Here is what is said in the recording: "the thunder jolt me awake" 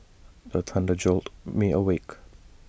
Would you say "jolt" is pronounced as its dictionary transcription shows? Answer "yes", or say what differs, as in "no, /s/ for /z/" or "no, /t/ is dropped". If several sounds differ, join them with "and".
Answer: yes